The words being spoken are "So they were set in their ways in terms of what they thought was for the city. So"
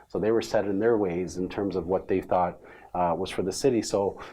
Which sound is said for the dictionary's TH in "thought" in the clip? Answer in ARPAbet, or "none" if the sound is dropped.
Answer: TH